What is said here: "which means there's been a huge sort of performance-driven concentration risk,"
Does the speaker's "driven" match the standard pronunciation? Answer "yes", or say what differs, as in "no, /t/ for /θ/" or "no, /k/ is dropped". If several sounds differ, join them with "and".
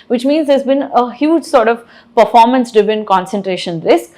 no, /ɹ/ is dropped